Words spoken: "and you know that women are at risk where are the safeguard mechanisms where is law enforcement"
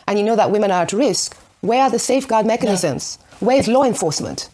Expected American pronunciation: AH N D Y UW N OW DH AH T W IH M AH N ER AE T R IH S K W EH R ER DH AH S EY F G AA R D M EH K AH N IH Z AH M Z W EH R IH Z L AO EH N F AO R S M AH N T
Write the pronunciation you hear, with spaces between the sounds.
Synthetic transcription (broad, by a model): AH N Y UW N OW DH AH T W IH M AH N ER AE T R IH S K W EH R ER DH AH S EY F G AA R D M EH K AH N IH Z AH M Z W EH R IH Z L AO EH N F AO R S M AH N T